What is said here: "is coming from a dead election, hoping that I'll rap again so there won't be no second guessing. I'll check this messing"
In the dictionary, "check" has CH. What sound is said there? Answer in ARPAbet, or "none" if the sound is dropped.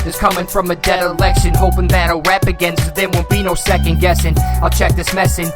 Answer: CH